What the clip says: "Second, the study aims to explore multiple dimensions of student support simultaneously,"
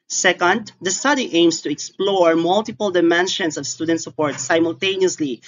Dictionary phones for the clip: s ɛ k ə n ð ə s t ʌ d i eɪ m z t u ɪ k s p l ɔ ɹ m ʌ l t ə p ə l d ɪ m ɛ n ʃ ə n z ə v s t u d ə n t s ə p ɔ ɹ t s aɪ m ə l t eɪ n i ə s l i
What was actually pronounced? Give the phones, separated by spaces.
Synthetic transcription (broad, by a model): s ɛ k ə n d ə s t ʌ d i eɪ m s t u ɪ k s p l ɔ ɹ m ʌ l t ə p ə l d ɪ m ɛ n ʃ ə n s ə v s t u d ə n t s ə p ɔ ɹ t s aɪ m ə l t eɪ n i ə s l i